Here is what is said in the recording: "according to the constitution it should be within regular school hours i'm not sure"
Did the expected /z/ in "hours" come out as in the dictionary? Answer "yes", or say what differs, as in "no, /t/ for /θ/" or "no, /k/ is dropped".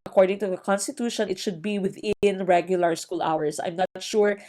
no, /s/ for /z/